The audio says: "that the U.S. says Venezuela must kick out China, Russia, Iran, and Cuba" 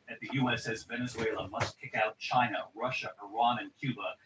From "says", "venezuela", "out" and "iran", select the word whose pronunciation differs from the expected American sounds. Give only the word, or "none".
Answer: none